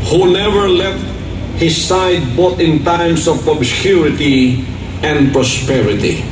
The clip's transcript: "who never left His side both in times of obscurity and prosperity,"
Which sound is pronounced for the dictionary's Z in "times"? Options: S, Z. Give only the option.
S